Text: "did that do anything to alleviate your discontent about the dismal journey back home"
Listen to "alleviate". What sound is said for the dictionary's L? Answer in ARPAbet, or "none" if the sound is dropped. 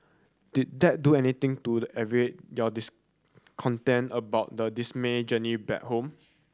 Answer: none